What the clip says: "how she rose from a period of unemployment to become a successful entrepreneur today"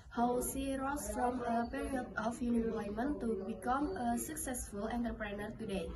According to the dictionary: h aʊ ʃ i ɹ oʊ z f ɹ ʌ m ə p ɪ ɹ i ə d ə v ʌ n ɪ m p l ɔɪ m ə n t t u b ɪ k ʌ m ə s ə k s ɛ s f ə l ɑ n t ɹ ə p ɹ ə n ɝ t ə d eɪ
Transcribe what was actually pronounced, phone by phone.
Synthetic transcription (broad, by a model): h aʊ s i ɹ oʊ s f ɹ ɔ m ə p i ɹ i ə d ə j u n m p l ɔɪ m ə n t t u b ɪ k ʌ m ə s ə k s ɛ s f ə l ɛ n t ɹ p ɹ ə n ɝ t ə d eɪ